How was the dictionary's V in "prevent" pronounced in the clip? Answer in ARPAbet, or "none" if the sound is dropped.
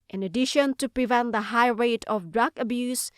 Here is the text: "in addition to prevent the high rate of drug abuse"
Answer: V